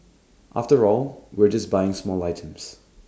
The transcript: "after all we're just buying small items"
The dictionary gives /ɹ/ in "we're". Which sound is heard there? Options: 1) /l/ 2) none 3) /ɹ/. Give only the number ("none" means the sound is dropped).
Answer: 3